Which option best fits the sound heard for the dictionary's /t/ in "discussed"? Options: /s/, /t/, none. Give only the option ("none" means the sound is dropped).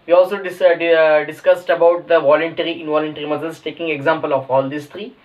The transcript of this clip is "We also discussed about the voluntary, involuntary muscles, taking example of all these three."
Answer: /t/